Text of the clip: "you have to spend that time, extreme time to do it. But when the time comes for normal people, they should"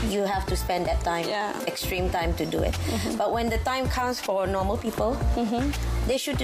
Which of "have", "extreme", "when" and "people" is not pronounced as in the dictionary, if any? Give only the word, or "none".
have